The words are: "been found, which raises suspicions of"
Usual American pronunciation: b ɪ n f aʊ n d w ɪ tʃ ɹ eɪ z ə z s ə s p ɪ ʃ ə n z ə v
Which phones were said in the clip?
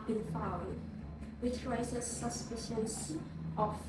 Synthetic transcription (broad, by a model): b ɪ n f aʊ d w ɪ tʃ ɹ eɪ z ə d s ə s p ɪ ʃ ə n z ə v